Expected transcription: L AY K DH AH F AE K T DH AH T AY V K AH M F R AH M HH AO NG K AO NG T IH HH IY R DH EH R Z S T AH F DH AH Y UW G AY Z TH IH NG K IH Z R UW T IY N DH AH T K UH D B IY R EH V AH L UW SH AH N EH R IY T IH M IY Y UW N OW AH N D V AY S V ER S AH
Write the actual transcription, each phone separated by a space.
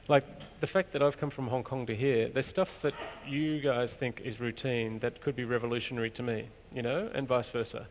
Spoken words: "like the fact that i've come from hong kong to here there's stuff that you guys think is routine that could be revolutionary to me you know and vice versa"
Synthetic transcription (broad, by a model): L AY K DH AH F AE K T DH AH T AY V K AH M F R AH M HH AO NG K AO NG T IH HH IY R DH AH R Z S T AH F DH AH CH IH G AY Z TH IH NG K IH Z R UW T IY N DH AH T K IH D B IY R EH V AH L UW SH AH N EH R IY T IH M IY Y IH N OW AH N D V AY S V ER S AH